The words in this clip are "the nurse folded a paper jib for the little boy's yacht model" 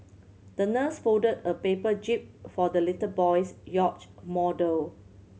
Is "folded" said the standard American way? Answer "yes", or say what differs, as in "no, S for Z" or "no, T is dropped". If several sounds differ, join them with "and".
no, L is dropped